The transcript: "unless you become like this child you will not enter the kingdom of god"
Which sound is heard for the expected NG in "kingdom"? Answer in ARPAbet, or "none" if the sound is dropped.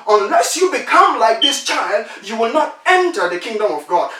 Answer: NG